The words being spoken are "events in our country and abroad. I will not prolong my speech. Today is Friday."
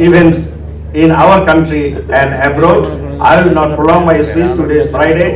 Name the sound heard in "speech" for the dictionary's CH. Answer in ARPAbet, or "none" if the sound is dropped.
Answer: S